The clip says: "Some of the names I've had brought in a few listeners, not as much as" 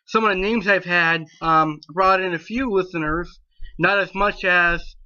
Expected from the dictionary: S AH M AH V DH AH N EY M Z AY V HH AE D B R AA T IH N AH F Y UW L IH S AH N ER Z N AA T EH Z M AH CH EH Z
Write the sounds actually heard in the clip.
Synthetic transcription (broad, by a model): S AH M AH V DH AH N EY M Z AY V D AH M B R AA T IH N AH F Y UW L IH S AH N ER Z N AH T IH Z M AH CH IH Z